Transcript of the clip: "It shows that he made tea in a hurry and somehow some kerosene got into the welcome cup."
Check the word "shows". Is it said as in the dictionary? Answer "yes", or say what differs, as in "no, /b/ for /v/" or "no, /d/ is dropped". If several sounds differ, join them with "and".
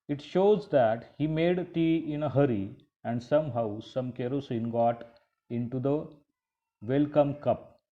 yes